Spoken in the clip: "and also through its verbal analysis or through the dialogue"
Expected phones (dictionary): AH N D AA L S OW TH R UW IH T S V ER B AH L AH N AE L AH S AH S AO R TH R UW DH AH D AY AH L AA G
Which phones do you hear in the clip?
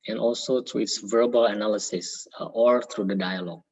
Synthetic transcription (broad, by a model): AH N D AA L S OW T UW IH T S V ER B AH L AH N AE L AH S AH S AO R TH R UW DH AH D AY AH L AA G